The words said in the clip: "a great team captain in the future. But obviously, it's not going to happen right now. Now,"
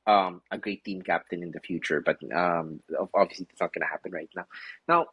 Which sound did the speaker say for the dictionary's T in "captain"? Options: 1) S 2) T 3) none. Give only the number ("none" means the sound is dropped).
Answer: 2